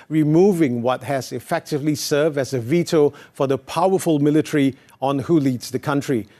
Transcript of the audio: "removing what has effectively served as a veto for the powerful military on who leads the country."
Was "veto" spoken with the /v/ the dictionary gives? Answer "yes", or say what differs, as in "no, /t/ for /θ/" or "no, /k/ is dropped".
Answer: yes